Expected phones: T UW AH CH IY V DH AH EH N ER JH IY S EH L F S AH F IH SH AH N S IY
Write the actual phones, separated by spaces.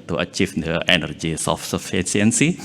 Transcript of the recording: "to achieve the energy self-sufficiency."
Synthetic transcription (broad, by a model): T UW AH CH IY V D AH EH N ER JH IY S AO F S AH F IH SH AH N S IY